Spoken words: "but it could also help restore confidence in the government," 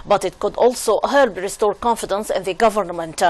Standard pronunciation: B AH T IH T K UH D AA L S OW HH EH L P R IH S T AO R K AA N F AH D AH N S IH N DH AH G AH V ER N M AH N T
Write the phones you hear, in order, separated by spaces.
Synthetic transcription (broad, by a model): B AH T IH T K UH D AA L S OW HH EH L B R IH S T AO R K AA N F AH D AH N S IH N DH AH G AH V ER N M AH N T